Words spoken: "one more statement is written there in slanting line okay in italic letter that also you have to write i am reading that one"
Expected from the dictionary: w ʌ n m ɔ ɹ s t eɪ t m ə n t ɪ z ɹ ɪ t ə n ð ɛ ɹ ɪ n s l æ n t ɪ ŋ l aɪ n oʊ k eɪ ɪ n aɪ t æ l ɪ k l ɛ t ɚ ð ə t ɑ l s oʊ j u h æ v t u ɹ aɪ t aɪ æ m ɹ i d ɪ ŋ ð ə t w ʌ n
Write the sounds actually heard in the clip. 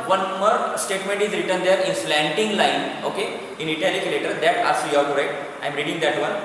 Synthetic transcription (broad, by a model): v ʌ n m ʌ ɹ s t eɪ t m ə n t ɪ z ɹ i t ə n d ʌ ɹ ɪ n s l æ n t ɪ ŋ l aɪ n oʊ k eɪ ɪ n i t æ l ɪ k l ɛ t ɚ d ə t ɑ s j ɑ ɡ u ɹ aɪ t aɪ m ɹ i d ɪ ŋ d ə t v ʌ n